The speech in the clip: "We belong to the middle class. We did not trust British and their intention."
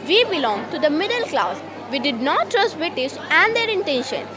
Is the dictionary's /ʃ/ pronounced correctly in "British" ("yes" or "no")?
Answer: no